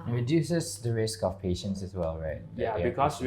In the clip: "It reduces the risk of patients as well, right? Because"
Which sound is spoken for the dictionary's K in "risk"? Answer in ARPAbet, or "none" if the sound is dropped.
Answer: K